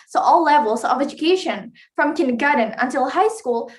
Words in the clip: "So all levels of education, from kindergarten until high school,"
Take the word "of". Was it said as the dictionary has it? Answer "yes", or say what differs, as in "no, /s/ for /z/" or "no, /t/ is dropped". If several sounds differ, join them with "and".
yes